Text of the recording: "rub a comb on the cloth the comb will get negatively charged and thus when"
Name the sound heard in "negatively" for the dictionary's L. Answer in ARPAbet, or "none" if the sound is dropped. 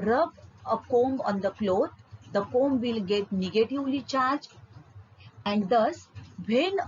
L